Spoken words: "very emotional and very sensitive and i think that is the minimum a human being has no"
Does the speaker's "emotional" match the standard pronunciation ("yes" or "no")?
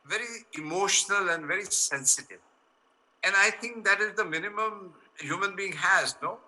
yes